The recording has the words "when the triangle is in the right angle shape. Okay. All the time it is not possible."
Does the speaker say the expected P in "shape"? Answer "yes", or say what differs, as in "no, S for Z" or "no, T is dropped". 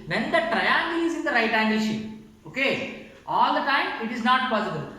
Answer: no, P is dropped